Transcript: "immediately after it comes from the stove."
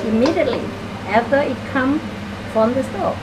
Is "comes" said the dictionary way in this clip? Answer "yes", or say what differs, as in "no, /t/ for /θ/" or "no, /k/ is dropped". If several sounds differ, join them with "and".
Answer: no, /z/ is dropped